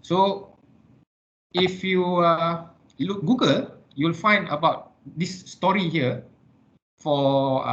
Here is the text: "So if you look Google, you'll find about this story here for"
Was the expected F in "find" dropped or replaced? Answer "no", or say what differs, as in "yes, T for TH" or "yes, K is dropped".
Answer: no